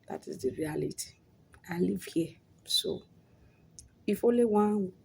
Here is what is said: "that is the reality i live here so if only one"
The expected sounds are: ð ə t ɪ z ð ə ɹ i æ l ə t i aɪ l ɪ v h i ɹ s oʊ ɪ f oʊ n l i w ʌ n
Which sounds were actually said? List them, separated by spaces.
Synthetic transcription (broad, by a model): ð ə t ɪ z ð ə ɹ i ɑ l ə t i aɪ l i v h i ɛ s oʊ ɪ f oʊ l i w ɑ